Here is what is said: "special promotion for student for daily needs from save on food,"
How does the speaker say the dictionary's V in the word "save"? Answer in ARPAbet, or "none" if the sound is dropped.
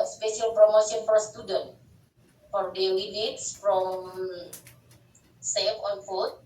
F